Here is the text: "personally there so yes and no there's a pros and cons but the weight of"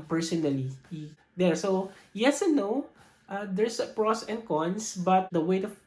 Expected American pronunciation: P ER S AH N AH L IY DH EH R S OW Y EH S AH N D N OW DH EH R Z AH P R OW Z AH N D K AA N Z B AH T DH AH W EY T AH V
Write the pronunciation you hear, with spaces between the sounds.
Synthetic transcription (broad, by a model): P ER S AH N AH L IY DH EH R S OW Y EH S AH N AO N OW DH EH R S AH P R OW S AH N D K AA N S B AH T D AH W EY T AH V